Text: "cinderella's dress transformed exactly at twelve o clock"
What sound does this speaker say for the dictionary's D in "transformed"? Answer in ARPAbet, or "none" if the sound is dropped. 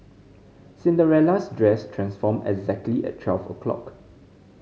none